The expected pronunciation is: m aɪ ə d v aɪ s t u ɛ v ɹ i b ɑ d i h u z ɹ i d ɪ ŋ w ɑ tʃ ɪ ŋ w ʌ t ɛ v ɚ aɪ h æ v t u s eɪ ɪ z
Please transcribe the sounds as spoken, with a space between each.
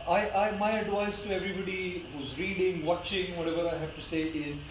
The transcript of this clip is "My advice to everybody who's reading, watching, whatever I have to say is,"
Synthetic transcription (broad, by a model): m aɪ ə d v aɪ s t u ɛ v ɹ i b ɑ d i h u z ɹ i d ɪ ŋ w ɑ tʃ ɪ ŋ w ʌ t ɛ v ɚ aɪ h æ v t u s eɪ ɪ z